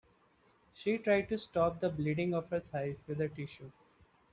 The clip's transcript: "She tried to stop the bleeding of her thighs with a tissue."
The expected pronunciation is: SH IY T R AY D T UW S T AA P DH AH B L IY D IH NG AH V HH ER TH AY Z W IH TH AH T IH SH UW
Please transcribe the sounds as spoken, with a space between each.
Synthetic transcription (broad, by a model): SH IY T R AY D T UW S T AA P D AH B L IY D IH NG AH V HH ER T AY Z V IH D AH T IH SH UW